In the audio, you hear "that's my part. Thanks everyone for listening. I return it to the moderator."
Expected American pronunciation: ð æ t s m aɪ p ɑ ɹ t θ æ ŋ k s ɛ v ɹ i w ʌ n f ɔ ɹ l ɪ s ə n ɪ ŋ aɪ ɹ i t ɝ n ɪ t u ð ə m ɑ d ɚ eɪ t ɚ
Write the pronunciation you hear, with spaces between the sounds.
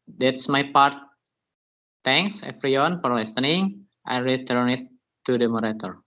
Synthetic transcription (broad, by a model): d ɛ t s m aɪ p ɑ ɹ t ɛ ŋ k s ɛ f ɹ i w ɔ n f ɔ ɹ l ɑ s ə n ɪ ŋ aɪ ɹ i t ɝ n ɪ t u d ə m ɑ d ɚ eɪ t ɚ